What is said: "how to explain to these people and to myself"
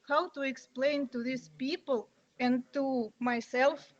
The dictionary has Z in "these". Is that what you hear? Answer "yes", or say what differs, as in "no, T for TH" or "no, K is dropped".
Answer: no, S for Z